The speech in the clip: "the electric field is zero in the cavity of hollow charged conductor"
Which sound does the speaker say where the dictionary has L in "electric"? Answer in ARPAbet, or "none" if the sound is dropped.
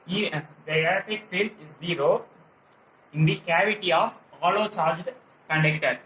none